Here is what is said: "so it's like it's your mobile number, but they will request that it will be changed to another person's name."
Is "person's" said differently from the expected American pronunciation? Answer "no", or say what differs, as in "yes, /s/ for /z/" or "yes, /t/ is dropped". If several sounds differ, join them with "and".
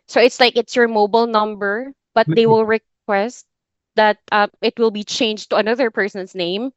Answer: yes, /s/ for /z/